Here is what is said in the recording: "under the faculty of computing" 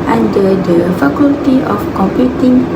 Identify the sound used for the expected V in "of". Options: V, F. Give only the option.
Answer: F